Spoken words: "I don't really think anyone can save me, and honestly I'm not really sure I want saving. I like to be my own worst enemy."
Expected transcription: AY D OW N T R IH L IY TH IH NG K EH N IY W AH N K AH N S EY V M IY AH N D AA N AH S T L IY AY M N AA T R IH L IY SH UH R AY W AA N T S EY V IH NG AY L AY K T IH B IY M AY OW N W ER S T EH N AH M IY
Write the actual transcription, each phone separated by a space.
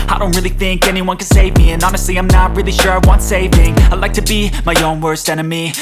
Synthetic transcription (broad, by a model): AY D OW N T R IH L IY TH IH NG K EH N IY W AH N K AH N S EY V M IY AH N AA N AH S T L IY AY M N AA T R IH L IY SH UH R AY W AA N T S EY V IH NG AY L AY K T IH B IY M AY OW N W ER S T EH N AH M IY